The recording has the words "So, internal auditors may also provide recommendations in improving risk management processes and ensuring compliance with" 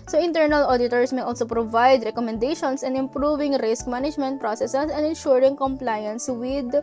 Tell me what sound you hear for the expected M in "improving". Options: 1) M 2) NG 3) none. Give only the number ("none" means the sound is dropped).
1